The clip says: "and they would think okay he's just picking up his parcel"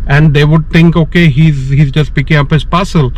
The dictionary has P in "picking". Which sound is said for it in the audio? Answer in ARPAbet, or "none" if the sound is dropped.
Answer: P